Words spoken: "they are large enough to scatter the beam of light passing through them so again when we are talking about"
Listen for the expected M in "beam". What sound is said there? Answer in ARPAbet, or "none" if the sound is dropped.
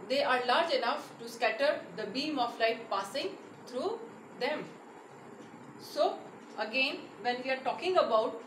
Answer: M